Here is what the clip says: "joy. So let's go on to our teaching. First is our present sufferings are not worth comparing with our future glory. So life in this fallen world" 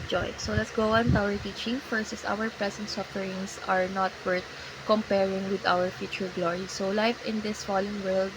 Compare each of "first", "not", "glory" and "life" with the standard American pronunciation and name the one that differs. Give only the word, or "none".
first